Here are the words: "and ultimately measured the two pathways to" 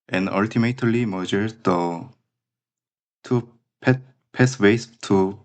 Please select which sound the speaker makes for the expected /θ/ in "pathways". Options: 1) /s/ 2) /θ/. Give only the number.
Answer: 1